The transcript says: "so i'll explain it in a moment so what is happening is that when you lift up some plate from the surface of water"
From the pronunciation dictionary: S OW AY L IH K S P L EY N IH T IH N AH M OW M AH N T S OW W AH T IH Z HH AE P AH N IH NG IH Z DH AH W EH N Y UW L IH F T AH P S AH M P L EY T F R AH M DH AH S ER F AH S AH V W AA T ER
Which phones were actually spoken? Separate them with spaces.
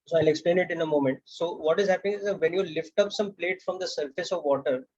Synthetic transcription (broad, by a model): S OW AY L IH K S P L EY N IH T IH N AH M OW M AH N T S OW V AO T IH Z HH AE P AH N IH NG IH Z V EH N Y UW L IH F T AH P S AH M P L EY T F R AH M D AH S ER F AH S AH V AA T ER